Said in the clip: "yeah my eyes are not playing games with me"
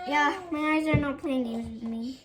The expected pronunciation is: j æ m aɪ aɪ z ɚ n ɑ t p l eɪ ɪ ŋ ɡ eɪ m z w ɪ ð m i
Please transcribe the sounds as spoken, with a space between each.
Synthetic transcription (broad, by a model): j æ m aɪ aɪ z ɚ n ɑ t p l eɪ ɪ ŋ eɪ z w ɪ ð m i